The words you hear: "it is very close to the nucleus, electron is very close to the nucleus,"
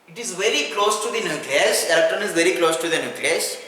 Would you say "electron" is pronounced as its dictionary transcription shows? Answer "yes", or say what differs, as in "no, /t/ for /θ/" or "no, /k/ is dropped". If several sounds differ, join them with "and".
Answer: no, /ɹ/ is dropped